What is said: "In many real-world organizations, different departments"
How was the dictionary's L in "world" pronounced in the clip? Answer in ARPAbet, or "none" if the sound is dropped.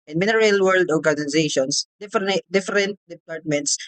L